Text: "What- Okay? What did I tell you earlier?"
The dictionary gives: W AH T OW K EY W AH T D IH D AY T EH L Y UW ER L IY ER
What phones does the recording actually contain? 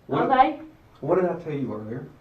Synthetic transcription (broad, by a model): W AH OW IH W AH T D IH D AY T EH L Y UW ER L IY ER